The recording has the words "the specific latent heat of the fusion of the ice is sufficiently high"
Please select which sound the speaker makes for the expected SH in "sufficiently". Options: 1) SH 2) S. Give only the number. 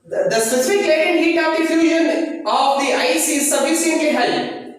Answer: 2